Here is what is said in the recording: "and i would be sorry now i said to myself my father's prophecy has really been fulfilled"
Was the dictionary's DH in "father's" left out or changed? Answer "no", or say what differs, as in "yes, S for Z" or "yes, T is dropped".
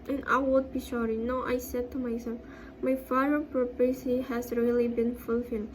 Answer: yes, DH is dropped